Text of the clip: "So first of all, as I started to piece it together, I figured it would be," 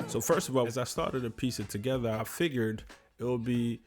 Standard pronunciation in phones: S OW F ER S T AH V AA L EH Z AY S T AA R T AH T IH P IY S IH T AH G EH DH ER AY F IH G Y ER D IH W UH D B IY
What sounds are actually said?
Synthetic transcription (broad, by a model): S OW F ER S T AH V AA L Z AY S T AA R T AH T IH P IY S IH T AH G EH DH ER AY F IH G Y ER D IH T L B IY